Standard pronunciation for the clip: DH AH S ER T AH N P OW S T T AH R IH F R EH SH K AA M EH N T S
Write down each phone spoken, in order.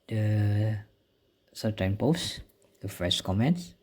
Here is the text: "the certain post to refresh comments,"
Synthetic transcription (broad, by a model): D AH S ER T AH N P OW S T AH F R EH S K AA M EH N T S